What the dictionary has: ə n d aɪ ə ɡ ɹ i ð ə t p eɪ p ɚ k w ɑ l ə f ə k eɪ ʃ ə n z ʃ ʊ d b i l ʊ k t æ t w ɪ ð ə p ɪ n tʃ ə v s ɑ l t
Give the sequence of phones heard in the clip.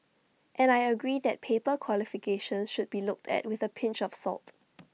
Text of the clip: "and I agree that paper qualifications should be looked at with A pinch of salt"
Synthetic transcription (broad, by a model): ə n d aɪ ə ɡ ɹ i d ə t p eɪ p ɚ k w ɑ l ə f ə k eɪ ʃ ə n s ʃ ʊ d b i l ʊ k t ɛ t w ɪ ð ə p ɪ n tʃ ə f s ɑ l t